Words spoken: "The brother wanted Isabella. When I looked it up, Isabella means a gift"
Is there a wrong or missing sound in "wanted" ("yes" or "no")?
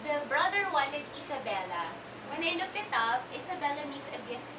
yes